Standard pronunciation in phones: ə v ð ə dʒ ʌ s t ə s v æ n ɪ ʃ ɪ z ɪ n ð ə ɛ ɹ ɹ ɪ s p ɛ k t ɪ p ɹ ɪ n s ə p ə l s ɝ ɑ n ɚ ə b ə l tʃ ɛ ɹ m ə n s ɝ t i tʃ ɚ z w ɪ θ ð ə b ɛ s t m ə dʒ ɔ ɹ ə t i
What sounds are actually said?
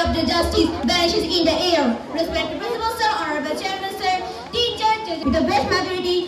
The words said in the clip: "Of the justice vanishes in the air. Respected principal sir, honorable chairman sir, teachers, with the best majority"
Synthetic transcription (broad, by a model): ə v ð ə dʒ ʌ s t ə s b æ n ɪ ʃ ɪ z ɪ n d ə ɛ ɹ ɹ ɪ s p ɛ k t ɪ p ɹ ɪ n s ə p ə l s ɝ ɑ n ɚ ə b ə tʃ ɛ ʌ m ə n s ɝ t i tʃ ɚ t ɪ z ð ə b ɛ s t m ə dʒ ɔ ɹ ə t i